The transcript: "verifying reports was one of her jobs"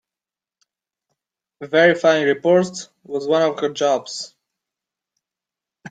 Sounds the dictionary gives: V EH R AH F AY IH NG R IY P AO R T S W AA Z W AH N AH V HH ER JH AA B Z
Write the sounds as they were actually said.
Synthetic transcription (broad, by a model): V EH R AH F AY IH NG R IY P AO R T W AA Z W AH N AH V HH ER JH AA B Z